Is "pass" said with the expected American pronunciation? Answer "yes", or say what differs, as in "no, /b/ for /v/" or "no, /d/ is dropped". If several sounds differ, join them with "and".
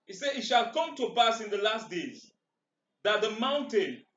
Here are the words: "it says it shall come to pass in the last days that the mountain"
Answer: no, /b/ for /p/